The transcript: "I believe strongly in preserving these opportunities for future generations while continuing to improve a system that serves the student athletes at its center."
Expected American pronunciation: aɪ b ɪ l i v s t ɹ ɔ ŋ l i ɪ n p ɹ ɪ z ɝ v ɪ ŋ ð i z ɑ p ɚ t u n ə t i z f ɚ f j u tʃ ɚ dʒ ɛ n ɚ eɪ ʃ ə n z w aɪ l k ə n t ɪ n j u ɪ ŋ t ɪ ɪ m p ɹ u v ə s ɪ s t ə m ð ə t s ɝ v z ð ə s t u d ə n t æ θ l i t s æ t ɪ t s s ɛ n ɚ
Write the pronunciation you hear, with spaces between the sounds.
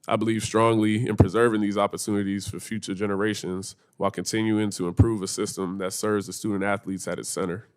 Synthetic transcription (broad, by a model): aɪ b ɪ l i v s t ɹ ɔ ŋ l i ɪ n p ɹ ɪ z ɝ v ɪ ŋ ð i z ɑ p ɚ t u n ə t i z f ɚ f j u tʃ ɚ dʒ ɛ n ɚ eɪ ʃ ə n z w aɪ l k ə n t ɪ n j u ɪ ŋ t ɪ ɪ m p ɹ u v ə s ɪ s t ə m ð ə t s ɝ v z ð ə s t u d n t æ θ l i t s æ t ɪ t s s ɛ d ɚ